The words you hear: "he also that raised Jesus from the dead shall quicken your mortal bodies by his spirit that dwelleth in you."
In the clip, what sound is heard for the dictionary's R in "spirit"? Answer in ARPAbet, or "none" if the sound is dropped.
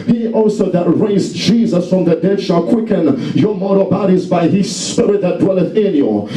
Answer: R